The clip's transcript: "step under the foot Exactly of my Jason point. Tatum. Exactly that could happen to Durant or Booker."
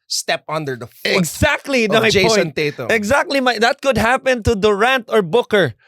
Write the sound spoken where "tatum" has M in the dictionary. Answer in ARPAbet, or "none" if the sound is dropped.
none